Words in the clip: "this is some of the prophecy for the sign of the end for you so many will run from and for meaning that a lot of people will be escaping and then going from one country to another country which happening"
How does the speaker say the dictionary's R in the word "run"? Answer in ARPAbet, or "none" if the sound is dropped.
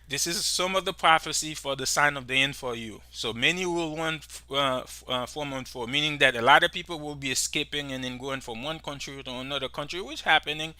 W